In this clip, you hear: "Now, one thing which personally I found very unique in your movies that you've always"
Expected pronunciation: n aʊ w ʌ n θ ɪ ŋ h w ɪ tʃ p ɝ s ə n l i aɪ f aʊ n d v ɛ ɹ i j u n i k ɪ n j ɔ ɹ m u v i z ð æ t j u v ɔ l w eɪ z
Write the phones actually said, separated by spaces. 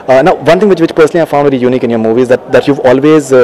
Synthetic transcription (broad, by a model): n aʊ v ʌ n t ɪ ŋ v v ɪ tʃ p ɝ s ə n l i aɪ f aʊ n d v ɛ ɹ i j u n i k ɪ n j ɔ ɹ m u v i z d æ t j u v ɔ l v eɪ z